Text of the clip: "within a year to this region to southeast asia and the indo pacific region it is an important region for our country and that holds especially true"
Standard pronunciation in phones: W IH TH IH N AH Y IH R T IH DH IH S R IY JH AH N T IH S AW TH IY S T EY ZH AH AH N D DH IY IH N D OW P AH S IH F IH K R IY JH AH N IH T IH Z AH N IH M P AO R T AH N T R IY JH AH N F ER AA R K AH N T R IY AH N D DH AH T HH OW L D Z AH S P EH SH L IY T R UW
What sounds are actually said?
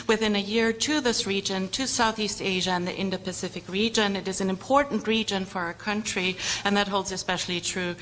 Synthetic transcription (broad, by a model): W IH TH IH N AH Y IH R T IH DH IH S R IY JH AH N T IH S AW TH IY S T EY ZH AH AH N DH IY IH N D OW P AH S IH F IH K R IY JH AH N IH T IH Z N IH M P AO R T N T R IY JH AH N F ER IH K AH N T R IY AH N DH AH T HH OW L D Z AH S P EH SH L IY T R UW